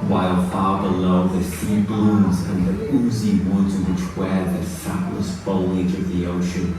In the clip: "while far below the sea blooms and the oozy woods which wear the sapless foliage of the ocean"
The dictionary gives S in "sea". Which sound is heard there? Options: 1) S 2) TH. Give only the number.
2